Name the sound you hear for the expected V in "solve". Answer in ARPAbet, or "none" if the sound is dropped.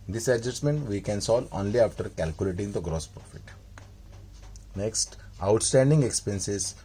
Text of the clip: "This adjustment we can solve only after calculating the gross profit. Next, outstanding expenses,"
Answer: none